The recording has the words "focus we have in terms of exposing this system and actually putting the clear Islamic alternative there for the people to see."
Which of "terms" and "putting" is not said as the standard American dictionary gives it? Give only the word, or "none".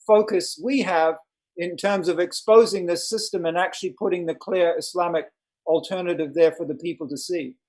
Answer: none